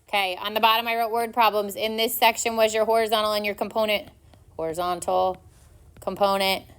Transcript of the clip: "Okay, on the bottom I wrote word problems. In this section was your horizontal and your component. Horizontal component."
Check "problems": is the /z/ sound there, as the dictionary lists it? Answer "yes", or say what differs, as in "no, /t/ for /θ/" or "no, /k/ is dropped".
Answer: yes